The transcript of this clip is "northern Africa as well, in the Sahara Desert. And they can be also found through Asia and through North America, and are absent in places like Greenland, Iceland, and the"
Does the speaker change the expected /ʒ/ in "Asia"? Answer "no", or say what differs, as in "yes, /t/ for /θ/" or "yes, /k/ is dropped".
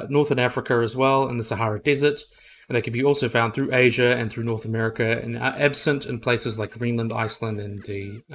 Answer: no